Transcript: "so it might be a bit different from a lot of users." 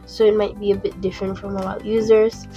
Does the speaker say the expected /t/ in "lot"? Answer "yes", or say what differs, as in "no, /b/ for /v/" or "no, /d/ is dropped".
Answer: no, /t/ is dropped